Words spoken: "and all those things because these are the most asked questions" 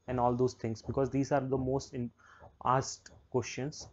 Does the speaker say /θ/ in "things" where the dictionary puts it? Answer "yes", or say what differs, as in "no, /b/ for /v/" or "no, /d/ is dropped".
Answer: no, /t/ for /θ/